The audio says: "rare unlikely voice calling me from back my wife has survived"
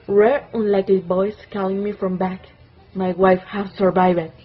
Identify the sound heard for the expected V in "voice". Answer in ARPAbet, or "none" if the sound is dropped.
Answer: B